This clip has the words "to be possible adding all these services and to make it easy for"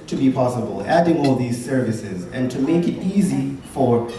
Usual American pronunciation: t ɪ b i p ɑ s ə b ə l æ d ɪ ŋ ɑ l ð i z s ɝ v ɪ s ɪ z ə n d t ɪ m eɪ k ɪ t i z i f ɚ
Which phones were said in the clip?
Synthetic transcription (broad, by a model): t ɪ b i p ɑ s ə b ə l æ d ɪ ŋ ɑ l ð i z s ɝ v ɪ s ɪ z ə n t ɪ m eɪ k ɪ t i z i f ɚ